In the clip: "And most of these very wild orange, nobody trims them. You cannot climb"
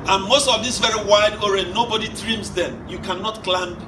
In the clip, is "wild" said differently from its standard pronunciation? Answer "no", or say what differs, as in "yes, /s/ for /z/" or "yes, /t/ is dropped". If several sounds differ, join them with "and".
yes, /l/ is dropped